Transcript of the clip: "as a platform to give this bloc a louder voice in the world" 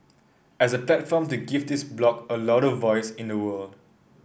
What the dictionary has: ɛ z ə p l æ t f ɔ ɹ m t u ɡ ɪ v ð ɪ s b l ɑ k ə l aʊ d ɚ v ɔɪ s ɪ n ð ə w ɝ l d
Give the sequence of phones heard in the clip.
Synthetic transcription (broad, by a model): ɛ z ə p l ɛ t f ɔ m t u ɡ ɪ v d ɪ s b l ɑ k ə l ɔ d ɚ v ɔɪ s ɪ n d ə w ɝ l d